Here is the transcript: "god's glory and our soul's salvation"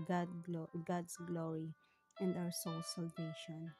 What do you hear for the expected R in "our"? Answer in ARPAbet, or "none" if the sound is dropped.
W